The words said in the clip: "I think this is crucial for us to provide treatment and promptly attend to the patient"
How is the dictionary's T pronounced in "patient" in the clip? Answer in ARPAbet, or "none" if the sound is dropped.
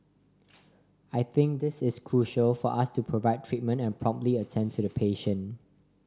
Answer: none